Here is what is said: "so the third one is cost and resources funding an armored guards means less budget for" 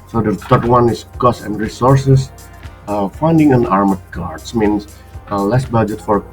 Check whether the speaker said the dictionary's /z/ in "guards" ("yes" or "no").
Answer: no